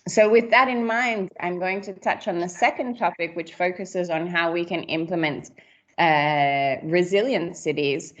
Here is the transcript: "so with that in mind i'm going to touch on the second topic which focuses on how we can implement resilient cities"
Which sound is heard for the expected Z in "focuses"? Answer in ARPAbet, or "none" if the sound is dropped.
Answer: Z